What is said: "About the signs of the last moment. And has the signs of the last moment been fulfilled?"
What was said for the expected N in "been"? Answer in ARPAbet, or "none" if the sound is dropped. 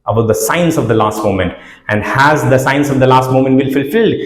L